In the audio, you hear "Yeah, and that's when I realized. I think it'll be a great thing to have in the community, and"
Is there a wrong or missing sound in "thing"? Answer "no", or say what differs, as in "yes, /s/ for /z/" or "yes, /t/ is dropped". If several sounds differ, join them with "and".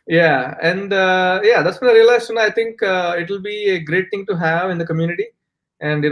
yes, /t/ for /θ/